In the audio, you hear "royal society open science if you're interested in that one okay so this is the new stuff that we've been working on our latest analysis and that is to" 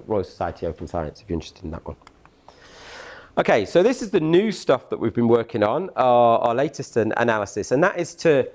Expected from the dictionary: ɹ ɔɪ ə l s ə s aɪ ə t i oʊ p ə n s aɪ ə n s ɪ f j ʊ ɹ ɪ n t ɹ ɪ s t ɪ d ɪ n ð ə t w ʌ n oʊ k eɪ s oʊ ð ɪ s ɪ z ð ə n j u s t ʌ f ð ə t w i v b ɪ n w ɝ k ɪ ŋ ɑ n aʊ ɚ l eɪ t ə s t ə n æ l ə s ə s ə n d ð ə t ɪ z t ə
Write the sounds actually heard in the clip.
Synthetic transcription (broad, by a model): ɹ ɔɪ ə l s ə s aɪ ə t i oʊ p ə n s aɪ ə n s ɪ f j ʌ ɪ n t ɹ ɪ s t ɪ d ɪ n ð ə t w ʌ n oʊ k eɪ s oʊ ð ɪ s ɪ z ð ə n j u s t ʌ f ð ə t w i v b ɪ n w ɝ k ɪ ŋ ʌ n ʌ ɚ l eɪ t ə s t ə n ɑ l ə s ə s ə n ð ə t ɪ z t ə